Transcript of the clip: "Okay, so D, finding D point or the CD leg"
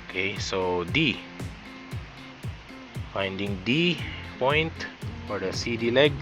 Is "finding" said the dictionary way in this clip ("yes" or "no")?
yes